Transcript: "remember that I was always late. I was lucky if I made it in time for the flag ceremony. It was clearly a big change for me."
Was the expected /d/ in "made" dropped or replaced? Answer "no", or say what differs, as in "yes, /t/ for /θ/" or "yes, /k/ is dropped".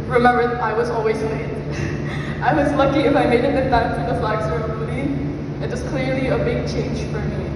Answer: yes, /d/ is dropped